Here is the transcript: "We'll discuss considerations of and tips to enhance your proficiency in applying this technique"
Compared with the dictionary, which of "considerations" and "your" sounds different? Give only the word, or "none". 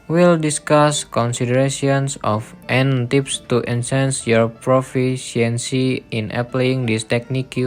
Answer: considerations